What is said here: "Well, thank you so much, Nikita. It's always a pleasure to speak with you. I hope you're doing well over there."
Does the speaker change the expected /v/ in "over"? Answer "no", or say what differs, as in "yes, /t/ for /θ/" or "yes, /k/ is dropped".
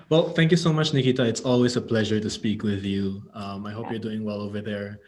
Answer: no